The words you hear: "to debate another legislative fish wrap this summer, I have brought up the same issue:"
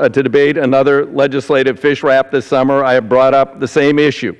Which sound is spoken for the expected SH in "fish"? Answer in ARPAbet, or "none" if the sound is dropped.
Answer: SH